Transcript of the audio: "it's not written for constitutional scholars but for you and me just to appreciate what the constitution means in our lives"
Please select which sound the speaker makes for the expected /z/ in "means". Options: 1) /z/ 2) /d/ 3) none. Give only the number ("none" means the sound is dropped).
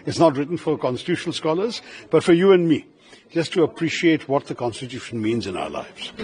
1